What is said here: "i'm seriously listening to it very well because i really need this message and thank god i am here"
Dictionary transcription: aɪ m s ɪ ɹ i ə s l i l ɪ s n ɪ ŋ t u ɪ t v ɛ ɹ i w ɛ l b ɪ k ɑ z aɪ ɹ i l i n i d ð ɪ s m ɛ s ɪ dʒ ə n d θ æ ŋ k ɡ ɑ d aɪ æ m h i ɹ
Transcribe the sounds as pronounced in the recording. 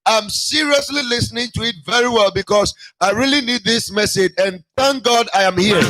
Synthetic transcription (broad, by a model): aɪ m s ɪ ɹ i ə s l i l ɪ s n ɪ ŋ t u ɪ t v ɛ ɹ i w ɛ l b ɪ k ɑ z aɪ ɹ i l i n i d ð ɪ s m ɛ s ɪ dʒ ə n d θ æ ŋ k ɡ ɑ d aɪ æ m h i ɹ